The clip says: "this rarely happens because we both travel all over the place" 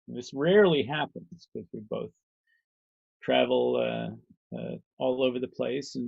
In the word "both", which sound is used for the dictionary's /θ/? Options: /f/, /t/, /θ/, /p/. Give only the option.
/θ/